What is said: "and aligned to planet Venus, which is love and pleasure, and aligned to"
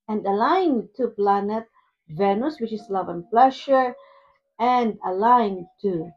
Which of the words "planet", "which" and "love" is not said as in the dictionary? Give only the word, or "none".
none